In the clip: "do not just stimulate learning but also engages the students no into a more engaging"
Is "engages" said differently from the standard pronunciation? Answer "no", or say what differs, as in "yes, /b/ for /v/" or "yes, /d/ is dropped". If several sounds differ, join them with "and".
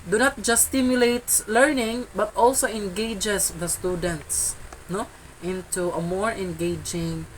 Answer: yes, /s/ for /z/